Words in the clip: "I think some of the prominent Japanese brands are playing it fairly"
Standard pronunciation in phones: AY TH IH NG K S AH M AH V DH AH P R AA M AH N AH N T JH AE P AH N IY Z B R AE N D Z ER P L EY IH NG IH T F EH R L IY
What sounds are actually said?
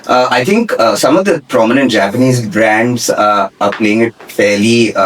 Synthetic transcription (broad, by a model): AY T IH NG K S AH M AH V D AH P R AA M AH N AH N T JH AE P AH N IY Z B R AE N D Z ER P L EY IH NG IH T F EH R L IY